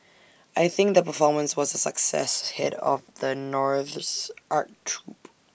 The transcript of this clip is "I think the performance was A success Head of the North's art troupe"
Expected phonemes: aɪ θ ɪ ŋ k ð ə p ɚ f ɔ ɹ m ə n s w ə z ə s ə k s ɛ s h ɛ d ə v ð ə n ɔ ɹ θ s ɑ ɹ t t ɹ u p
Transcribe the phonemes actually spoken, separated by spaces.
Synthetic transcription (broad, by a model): aɪ θ ɪ ŋ k ð ə p ɚ f ɔ ɹ m ə n s w ə z ə s ə k s ɛ s h ɛ d ə v ð ə n ɔ ɹ θ s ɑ ɹ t t ɹ u p